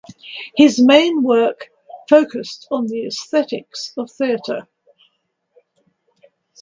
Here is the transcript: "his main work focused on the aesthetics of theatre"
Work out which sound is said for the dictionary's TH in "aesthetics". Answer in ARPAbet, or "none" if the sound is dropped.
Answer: TH